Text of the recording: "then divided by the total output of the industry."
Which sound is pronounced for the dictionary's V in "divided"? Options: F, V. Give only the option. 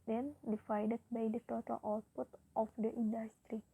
F